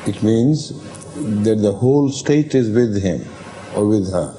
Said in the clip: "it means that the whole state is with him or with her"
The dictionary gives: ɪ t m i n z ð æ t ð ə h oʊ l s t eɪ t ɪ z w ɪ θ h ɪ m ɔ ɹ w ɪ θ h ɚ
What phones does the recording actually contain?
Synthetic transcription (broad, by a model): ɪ t m i n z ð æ t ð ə h oʊ l s t eɪ t ɪ z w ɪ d h ɪ m ɔ ɹ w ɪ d h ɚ